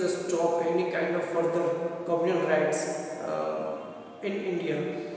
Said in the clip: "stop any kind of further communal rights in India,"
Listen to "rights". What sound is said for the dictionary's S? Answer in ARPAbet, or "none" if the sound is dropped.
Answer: S